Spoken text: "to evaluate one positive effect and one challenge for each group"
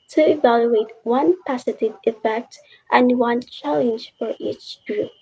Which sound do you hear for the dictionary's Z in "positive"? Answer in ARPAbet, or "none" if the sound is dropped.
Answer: S